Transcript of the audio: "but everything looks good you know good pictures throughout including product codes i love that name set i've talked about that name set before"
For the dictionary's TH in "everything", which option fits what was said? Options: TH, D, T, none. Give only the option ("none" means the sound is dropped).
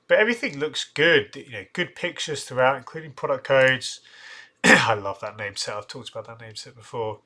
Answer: TH